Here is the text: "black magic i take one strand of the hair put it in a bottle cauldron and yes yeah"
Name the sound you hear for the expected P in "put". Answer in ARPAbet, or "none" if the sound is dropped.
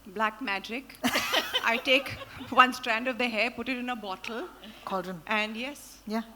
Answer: P